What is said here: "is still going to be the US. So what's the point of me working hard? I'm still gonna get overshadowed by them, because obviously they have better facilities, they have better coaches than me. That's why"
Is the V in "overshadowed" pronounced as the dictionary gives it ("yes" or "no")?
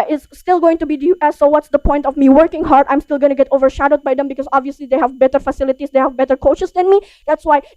yes